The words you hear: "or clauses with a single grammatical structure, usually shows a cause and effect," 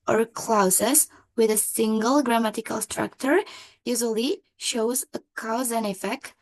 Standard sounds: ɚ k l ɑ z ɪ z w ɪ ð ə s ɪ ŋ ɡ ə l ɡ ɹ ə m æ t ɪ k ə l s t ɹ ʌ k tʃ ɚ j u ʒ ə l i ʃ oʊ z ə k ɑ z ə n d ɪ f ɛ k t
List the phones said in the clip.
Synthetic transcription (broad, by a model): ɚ k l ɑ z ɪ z w ɪ ð ə s ɪ ŋ ɡ ə l ɡ ɹ ə m æ t ɪ k ə l s t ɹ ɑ k tʃ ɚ j u ʒ ə l i ʃ oʊ z ə k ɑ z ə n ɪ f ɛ k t